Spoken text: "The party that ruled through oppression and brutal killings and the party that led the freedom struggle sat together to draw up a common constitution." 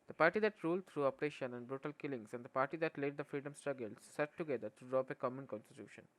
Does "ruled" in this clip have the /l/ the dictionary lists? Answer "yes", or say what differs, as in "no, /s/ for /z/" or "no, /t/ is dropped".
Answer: yes